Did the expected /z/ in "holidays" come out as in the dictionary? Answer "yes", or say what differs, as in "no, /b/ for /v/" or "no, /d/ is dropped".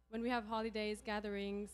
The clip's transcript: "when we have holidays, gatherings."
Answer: yes